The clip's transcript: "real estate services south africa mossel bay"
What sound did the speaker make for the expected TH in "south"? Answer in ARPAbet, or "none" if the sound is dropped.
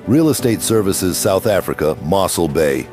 TH